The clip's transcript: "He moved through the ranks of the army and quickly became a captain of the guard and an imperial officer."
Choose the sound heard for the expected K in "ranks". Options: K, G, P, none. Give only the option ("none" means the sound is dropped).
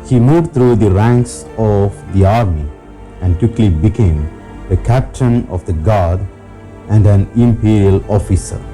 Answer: K